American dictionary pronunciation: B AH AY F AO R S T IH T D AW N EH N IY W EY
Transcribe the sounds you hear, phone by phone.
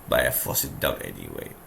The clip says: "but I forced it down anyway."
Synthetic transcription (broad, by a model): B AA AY F AO S IH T D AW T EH N IY W EY